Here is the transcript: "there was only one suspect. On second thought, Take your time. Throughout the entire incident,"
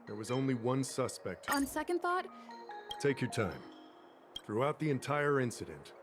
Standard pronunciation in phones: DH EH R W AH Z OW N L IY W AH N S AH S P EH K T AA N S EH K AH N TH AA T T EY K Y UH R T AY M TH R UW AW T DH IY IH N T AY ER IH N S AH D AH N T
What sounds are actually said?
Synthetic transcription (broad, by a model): DH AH R W AH Z OW N L IY W AH N S AH S P EH K T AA N S EH K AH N TH AA T T EY K Y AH R T AY M TH R UW AW T DH IY IH N T AY ER IH N S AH D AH N T